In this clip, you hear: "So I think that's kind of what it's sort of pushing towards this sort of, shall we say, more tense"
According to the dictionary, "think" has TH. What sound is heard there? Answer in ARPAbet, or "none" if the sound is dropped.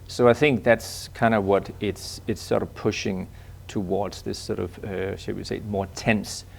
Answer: TH